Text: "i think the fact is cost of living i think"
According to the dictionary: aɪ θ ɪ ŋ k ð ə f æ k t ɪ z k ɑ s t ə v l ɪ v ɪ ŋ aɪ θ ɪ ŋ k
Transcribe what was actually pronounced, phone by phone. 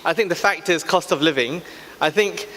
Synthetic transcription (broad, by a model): aɪ θ ɪ ŋ k ð ə f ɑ k t ɪ z k ɑ s t ə v l ɪ v ɪ ŋ aɪ θ ɪ ŋ k